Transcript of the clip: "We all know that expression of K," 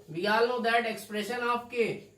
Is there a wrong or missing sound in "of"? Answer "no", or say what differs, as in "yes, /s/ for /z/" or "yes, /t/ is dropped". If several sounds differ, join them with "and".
yes, /p/ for /v/